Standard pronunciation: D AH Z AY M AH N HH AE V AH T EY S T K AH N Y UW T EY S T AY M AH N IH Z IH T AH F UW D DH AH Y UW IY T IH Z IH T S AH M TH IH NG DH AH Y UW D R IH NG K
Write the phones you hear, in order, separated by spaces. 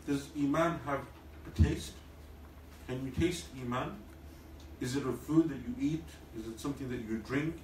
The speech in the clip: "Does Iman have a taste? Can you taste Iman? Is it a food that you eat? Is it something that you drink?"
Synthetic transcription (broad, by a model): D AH Z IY M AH N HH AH V AH T EY S T K AH N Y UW T EY S T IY M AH N IH Z IH T AH F UW D DH AH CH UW IY T IH Z IH T S AH M TH IH NG DH AH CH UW D R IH NG K